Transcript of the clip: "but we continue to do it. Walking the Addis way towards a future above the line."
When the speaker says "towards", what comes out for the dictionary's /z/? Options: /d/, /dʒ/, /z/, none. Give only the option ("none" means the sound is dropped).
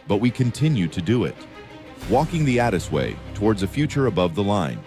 /z/